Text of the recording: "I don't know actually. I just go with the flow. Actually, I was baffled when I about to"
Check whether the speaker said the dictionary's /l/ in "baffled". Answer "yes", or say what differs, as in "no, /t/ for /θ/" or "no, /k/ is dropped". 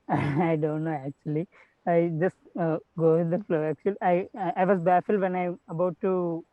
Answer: yes